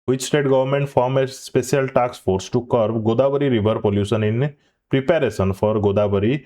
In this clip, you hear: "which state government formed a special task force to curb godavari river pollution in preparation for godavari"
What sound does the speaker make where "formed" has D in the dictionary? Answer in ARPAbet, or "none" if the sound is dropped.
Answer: none